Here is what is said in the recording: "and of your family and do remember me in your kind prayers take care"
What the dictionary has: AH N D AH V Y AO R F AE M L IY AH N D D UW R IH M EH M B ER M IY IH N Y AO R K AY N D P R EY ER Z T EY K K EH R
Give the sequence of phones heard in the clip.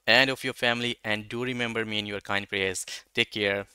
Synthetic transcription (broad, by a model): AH N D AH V Y AO R F AE M L IY AH N D D UW R IH M EH M B ER M IY IH N Y AO R K AY N D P L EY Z T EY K K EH R